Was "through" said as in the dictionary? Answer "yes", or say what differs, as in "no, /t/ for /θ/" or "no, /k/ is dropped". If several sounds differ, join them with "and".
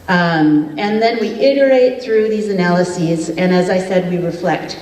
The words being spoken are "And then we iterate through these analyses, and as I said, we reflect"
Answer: yes